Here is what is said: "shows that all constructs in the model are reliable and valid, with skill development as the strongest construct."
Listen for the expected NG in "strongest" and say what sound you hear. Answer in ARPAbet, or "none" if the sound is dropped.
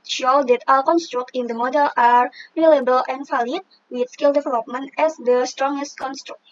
NG